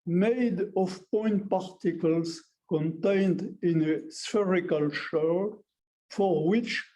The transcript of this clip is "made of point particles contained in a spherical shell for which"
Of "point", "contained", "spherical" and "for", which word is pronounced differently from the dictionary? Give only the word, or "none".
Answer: none